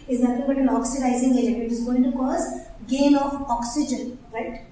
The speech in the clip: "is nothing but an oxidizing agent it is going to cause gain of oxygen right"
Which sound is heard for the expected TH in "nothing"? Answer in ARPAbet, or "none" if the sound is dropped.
F